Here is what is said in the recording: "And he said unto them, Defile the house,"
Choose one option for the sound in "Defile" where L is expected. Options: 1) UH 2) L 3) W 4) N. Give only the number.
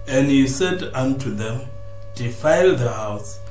2